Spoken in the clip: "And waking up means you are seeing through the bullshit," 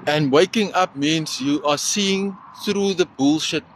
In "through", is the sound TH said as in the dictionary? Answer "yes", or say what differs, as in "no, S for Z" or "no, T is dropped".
yes